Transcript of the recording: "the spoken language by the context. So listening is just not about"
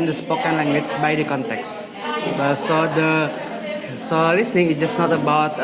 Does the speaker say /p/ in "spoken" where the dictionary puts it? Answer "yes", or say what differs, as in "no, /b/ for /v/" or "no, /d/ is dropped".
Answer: yes